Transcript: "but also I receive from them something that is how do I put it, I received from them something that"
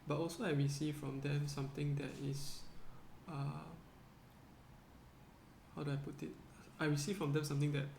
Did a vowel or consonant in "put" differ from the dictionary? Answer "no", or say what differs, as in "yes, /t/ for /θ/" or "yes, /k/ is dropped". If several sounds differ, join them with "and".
no